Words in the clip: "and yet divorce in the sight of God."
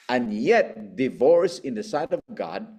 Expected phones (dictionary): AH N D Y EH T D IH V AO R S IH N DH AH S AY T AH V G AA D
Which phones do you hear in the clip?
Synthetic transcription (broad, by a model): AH N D Y EH T D IH V AO R S IH N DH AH S AY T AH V G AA D